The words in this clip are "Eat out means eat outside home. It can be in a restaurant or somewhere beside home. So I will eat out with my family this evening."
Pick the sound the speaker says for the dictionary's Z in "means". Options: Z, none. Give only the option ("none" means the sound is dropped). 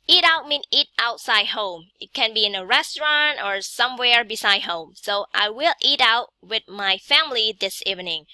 none